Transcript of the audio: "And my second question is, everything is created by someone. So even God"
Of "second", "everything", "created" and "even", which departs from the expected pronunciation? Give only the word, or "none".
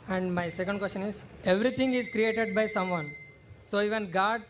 everything